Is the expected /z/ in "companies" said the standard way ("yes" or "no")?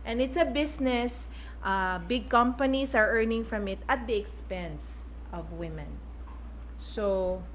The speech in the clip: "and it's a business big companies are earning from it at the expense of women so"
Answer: no